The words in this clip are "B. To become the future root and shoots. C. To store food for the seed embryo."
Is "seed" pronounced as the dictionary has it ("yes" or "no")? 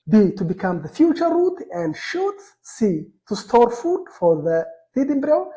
no